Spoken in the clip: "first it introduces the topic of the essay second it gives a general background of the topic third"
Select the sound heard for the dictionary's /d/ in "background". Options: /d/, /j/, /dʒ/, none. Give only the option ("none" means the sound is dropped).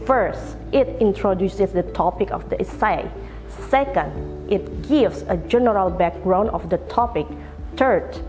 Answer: none